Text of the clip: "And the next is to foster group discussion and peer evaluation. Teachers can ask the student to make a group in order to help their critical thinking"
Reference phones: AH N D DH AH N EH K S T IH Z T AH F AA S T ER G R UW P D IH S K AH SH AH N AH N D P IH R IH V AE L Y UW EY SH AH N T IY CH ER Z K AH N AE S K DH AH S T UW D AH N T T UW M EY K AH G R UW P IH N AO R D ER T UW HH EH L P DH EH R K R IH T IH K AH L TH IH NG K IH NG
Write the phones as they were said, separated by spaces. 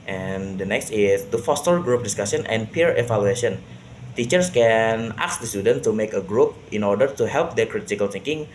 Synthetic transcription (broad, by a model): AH N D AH N EH K S T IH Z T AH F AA S T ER G R UW P D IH S K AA S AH N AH N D P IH R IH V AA L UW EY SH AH N T IY CH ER S K AH N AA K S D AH S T UW D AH N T T UW M EY K AH G R UW P IH N AO R D ER T UW HH EH L P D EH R K R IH T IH K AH L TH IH NG K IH NG